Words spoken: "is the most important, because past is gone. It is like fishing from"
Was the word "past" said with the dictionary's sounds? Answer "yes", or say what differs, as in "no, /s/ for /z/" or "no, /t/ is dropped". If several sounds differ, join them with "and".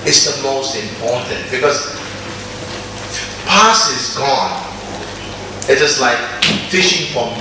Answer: no, /t/ is dropped